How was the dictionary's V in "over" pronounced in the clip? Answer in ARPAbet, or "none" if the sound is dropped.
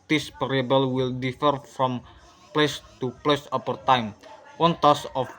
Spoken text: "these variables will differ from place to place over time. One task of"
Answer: P